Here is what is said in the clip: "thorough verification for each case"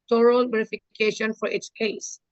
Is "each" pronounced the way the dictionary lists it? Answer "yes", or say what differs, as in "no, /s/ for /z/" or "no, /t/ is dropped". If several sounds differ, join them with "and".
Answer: no, /s/ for /tʃ/